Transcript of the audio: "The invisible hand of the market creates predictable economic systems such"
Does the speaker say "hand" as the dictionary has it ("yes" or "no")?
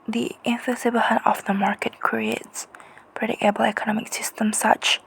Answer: no